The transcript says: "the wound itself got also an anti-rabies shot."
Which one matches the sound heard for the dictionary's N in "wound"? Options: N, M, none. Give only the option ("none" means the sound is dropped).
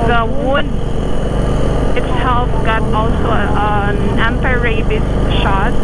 none